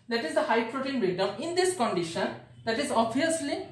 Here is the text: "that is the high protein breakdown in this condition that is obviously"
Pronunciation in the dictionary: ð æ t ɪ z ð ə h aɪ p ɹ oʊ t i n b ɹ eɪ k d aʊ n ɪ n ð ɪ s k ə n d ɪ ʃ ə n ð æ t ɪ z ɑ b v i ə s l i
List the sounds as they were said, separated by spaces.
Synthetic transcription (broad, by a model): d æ t ɪ z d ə h aɪ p ɹ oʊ t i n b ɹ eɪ d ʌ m ɪ n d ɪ s k ə n d ɪ ʃ ə n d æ t ɪ z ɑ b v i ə s l i